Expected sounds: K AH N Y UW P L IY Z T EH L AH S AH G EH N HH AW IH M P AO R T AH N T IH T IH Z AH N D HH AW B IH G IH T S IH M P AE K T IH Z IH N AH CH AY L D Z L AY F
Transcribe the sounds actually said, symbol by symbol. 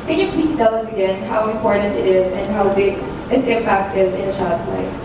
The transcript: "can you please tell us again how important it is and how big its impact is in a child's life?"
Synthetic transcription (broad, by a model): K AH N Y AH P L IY S T EH L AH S AH G EH N HH AW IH M P AO R T N T IH T IH Z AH N HH AW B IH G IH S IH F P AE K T IH Z IH N AH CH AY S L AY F